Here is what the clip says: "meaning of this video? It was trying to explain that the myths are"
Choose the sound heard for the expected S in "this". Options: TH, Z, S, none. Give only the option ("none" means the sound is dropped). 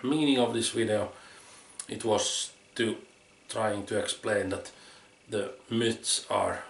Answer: S